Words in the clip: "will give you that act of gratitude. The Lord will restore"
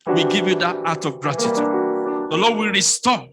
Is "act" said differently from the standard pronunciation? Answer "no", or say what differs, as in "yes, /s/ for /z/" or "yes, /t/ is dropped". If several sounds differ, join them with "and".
yes, /k/ is dropped